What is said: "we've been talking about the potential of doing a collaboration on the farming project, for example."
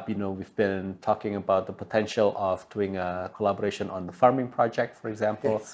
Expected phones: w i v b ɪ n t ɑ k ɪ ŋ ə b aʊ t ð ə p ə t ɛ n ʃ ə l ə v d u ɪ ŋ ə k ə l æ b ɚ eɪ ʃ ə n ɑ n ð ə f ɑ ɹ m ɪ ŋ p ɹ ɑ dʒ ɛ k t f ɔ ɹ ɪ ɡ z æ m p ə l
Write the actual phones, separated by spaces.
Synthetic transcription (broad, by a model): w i v b ɪ n t ɑ k ɪ ŋ ə b aʊ t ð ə p ə t ɛ n ʃ ə l ə v d u ɪ ŋ ə k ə l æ b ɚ eɪ ʃ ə n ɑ n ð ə f ɑ ɹ m ɪ ŋ p ɹ ɑ dʒ ɛ k t f ɔ ɹ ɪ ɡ z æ m p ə l